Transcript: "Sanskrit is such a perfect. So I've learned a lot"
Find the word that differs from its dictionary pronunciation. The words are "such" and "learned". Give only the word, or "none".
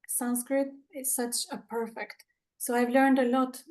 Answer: none